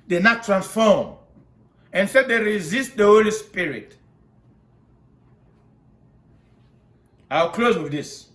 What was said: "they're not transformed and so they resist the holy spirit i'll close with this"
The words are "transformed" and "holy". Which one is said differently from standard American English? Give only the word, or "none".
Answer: transformed